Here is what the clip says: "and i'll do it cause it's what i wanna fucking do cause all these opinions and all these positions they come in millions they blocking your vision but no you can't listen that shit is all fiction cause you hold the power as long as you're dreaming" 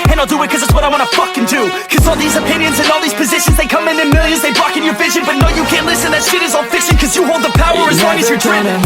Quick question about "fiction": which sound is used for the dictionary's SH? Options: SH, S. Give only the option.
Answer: S